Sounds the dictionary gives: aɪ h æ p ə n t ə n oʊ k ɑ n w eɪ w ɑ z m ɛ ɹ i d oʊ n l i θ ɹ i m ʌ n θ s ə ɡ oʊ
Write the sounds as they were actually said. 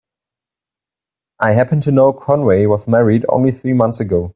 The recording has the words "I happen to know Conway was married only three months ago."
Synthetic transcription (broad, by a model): aɪ h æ p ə n t ə n oʊ k ɑ n w eɪ w ɑ z m ɛ ɹ i d oʊ n l i θ ɹ i m ʌ n θ s ə ɡ oʊ